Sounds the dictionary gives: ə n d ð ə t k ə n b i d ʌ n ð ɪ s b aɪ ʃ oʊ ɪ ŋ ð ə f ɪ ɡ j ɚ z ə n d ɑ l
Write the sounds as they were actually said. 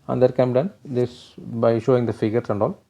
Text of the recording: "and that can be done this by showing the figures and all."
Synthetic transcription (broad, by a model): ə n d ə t k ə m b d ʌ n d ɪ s b aɪ ʃ oʊ ɪ ŋ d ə f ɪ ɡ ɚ s ə n d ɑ l